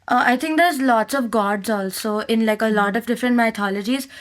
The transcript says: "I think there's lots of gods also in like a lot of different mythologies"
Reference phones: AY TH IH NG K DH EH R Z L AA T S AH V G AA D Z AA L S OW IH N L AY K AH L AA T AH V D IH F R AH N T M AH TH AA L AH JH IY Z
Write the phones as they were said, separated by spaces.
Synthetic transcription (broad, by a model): AY T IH NG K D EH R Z L AA T S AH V G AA D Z AA L S OW IH N L AY K AH L AA T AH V D IH F R AH N T M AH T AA L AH JH IY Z